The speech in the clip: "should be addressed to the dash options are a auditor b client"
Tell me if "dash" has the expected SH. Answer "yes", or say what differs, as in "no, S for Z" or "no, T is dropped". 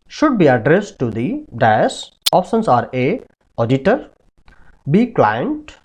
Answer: no, S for SH